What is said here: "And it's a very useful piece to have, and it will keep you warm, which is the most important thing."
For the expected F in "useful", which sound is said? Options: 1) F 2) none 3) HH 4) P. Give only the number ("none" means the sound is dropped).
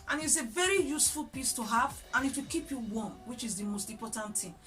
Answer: 1